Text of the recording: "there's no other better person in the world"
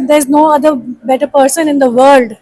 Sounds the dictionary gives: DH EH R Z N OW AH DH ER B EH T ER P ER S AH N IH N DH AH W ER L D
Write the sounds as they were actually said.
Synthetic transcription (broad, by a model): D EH R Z N OW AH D ER B EH T ER P ER S AH N IH N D AH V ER L D